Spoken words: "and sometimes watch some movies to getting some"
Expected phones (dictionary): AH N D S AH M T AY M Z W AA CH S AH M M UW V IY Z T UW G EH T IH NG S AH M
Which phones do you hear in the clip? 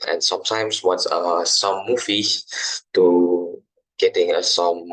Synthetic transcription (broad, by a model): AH N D S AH M T AY M S W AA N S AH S M UW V IY T UW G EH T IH NG S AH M